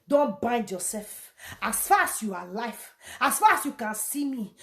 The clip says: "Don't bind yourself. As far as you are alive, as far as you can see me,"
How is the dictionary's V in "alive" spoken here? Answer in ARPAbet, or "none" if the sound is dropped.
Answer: F